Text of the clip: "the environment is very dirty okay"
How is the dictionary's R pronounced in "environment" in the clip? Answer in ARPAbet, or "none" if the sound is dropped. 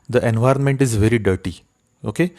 R